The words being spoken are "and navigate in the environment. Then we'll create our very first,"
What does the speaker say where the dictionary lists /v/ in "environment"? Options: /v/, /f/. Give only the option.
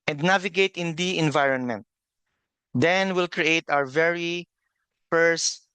/v/